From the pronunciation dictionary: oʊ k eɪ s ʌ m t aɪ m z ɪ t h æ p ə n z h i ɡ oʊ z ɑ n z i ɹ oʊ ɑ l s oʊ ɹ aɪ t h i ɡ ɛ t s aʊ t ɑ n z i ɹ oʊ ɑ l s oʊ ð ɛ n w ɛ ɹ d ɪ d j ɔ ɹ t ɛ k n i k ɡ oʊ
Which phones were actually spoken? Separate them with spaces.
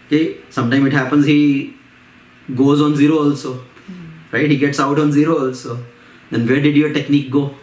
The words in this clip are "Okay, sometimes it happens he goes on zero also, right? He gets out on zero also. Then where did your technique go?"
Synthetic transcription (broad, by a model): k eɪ s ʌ m t aɪ m ɪ t h æ p ə n z h i ɡ oʊ z ɑ n z i ɹ oʊ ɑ l s oʊ ɹ aɪ t h i ɡ ɛ t s aʊ t ɑ n z i ɹ oʊ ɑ l s oʊ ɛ n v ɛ ɹ d ɪ d j ɔ ɹ t ɛ k n i k ɡ oʊ